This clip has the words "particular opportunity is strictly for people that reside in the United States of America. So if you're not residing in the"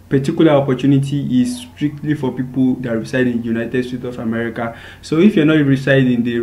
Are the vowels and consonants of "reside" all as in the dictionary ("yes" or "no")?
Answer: no